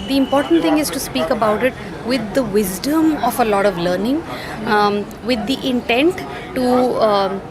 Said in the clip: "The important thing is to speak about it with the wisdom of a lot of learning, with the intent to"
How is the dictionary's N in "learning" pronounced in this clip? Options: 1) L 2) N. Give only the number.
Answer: 2